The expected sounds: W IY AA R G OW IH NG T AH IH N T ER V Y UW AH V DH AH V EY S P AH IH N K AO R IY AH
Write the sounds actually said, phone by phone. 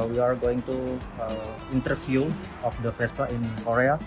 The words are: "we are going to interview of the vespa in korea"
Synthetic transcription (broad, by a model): W IY AA R G OW IH NG T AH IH N T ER F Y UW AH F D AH P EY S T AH IH N K AO R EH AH